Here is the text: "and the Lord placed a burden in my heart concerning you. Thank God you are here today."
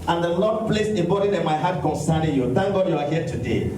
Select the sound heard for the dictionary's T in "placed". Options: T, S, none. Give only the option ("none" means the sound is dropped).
none